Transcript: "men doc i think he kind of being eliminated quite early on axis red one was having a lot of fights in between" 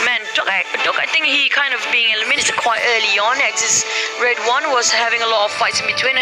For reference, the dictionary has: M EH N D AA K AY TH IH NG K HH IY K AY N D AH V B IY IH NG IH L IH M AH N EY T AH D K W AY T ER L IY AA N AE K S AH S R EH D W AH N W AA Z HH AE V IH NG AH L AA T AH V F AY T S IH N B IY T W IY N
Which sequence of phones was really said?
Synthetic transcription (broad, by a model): M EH N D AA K AY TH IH NG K HH IY K AY N D AH V B IY IH NG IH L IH M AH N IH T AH K W AY T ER L IY AA N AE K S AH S R EH D W AH N W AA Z HH AE V IH NG AH L AA T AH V F AY T S IH N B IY T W IY N